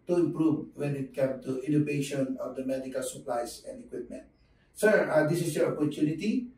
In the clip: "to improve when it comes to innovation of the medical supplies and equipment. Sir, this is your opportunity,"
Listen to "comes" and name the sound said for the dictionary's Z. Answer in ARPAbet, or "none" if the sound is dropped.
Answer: none